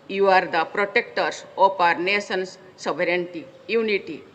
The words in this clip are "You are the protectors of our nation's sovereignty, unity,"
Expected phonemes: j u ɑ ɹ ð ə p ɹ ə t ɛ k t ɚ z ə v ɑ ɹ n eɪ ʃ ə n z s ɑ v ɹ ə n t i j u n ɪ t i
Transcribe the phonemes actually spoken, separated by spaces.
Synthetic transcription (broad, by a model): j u ɑ ɹ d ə p ɹ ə t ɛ k t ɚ s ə p ɑ ɹ n eɪ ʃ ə n s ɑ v ɹ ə n t i j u n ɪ t i